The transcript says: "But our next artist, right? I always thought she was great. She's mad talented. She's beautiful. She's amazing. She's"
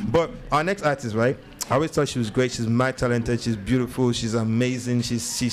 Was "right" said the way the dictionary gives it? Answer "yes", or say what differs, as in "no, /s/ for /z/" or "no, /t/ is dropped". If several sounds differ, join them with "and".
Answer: yes